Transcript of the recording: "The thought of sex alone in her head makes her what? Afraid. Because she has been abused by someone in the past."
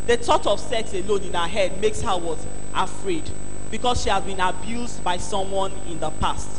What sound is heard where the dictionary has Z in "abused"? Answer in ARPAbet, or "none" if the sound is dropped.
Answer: Z